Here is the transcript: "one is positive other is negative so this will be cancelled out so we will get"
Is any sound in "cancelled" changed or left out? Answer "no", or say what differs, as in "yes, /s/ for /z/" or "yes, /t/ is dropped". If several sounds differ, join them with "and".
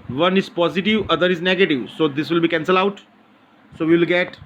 yes, /d/ is dropped